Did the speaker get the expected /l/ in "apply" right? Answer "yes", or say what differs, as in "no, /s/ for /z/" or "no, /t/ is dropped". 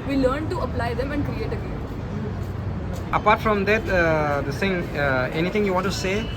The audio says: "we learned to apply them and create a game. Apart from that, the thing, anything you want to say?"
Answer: yes